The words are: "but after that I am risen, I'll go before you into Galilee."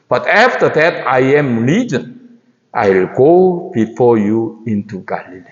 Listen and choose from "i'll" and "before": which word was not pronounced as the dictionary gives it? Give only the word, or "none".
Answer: none